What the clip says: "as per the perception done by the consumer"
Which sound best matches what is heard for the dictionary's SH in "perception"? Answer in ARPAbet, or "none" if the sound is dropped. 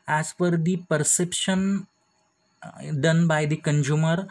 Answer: SH